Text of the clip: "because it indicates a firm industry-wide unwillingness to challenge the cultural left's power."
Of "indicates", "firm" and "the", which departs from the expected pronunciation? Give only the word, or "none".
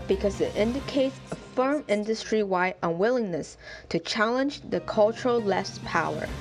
none